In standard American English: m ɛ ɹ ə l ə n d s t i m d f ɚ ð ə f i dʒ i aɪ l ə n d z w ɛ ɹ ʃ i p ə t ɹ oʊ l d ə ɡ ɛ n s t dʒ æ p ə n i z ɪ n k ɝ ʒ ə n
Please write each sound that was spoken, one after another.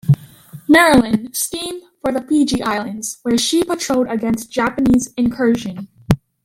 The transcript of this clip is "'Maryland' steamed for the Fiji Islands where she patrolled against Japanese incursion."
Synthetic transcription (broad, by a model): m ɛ ɹ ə l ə n s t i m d f ɚ ð ə p i dʒ i aɪ l ə n d z w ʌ ɹ ʃ i p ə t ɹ oʊ d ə ɡ ɛ n s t dʒ æ p ə n i z ɪ n k ɝ ʒ ə n